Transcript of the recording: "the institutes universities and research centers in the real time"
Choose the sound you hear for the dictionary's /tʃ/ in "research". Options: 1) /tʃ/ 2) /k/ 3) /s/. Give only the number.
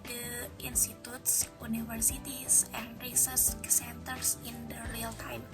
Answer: 3